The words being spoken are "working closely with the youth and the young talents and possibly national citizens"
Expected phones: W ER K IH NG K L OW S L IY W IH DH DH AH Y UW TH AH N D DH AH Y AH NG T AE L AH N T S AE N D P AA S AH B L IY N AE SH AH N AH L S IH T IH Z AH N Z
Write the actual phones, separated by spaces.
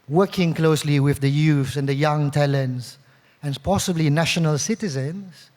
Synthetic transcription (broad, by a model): W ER K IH NG K L OW S L IY W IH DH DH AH Y UW S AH N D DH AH Y AH NG T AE L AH N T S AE N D P AA S AH B L IY N AE SH AH N AH L S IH T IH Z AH N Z